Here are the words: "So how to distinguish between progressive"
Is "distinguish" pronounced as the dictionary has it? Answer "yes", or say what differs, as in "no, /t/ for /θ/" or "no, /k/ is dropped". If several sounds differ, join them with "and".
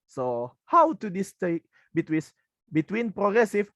no, /s/ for /ʃ/